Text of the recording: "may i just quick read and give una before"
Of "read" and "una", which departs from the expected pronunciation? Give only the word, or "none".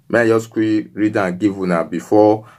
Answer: none